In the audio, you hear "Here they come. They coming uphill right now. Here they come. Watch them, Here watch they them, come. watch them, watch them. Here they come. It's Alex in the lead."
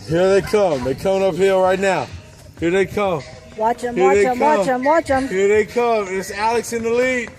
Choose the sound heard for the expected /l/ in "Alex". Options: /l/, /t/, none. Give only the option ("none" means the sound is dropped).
/l/